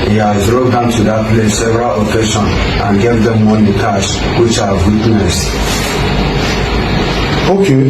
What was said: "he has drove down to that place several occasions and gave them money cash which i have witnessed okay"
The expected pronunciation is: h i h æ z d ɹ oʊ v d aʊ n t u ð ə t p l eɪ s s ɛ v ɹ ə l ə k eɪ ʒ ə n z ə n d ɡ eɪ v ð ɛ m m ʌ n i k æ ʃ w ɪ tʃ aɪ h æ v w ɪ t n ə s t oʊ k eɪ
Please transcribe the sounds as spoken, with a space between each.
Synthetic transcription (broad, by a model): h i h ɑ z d ɹ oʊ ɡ d aʊ n t u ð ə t p l eɪ s s ɛ v ɹ ə l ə k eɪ ʃ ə n ə n ɡ eɪ v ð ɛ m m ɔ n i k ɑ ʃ w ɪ tʃ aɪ w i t n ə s oʊ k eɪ